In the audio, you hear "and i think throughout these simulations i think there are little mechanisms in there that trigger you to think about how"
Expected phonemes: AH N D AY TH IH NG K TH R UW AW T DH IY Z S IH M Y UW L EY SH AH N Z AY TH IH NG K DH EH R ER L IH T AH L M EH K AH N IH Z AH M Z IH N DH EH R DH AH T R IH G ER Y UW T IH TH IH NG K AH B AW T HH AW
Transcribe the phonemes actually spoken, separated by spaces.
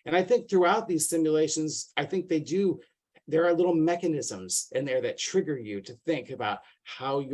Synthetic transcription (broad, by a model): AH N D AY TH IH NG K TH R UW AW T DH IY Z S IH M Y UW L EY SH AH N Z AY TH IH NG K DH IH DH ER L IH T L M EH K AH N IH Z AH M Z IH N DH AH R DH AH T R IH G ER Y UW T IH TH IH NG K AH B AW T HH AW